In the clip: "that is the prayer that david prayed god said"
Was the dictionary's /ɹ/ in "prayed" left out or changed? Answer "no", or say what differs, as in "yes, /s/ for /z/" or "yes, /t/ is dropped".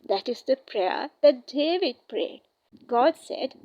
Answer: no